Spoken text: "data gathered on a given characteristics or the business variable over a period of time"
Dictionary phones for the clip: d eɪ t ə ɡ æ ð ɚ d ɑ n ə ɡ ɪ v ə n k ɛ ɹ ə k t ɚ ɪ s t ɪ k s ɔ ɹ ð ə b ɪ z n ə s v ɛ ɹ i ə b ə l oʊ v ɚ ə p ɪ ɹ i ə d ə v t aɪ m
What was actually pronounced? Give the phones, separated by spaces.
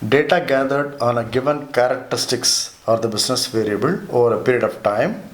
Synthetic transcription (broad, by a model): d eɪ t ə ɡ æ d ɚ d ɑ n ə ɡ ɪ v ə n k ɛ ɹ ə k t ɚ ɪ s t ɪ k s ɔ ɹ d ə b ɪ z n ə s v ɛ ɹ i ə b ə l oʊ v ɚ ə p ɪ ɹ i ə d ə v t aɪ m